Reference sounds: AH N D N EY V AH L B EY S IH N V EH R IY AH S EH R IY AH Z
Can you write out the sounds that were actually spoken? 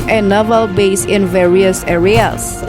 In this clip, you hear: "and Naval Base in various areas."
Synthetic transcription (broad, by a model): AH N N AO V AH L B EY S IH N V EH R IY AH S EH R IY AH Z